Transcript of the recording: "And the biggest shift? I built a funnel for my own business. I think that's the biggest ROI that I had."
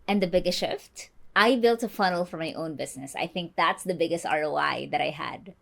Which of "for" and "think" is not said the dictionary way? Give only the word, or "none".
none